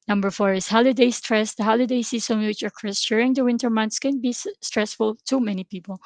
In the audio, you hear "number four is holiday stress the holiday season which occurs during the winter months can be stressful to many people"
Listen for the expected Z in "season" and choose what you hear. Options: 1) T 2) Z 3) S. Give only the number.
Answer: 3